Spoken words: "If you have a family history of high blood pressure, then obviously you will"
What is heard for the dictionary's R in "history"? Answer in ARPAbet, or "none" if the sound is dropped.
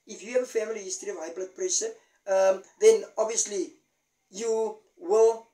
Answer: R